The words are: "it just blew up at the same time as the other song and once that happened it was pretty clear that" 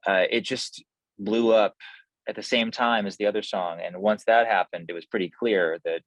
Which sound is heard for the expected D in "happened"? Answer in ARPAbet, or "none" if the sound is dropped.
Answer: D